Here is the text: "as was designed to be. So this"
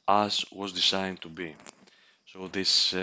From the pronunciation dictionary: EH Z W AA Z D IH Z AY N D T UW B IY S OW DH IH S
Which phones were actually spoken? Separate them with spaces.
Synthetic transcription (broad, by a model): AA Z W AA Z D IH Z AY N T UW B IY S OW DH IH S